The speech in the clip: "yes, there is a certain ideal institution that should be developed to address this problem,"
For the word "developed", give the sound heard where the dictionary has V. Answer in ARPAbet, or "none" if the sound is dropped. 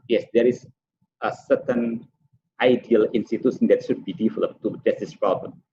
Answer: F